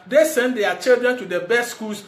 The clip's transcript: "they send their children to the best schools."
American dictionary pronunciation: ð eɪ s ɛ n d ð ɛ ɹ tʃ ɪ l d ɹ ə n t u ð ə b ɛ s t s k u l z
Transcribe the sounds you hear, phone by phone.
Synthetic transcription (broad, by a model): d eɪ s ɛ n d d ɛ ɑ tʃ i l d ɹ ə n t u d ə b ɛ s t s k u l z